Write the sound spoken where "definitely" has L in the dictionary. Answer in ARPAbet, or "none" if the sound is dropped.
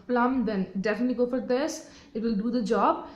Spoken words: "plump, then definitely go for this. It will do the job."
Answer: L